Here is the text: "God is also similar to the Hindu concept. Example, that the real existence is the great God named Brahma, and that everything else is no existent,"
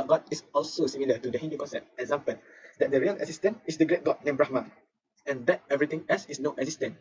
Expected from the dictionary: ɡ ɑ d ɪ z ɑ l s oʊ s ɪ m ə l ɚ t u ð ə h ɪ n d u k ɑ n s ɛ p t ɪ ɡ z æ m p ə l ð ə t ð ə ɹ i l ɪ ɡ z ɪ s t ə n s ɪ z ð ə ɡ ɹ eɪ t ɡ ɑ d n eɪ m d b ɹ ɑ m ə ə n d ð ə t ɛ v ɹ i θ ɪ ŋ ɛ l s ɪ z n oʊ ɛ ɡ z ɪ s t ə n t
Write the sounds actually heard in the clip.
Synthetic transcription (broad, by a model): ɡ ɑ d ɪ s ɑ l s oʊ s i m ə l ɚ t u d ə h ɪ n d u k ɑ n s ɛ t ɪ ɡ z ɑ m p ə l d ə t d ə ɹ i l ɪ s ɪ s t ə n ɪ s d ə ɡ ɹ eɪ t ɡ ɑ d n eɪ m b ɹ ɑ m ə ə n d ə t ɛ v ɹ i t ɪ ŋ ɛ l s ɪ s n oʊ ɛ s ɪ s t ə n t